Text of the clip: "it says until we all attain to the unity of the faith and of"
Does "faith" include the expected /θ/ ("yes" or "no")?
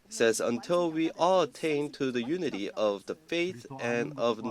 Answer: yes